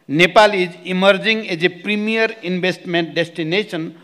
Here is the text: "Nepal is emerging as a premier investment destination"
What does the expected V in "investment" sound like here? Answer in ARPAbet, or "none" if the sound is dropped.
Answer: B